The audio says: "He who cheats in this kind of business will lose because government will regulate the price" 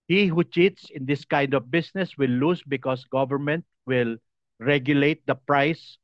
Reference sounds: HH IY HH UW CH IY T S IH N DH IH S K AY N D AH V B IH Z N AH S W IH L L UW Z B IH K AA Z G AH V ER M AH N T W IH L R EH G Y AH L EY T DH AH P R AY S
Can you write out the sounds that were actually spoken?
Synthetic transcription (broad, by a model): HH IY HH UW CH IY T S IH N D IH S K AY N D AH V B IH S N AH S W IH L L UW S B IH K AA S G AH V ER M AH N T W IH L R EH G Y AH L EY T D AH P R AY S